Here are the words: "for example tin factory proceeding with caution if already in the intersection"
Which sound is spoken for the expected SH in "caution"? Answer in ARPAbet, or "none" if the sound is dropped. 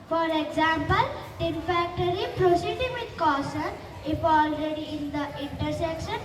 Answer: S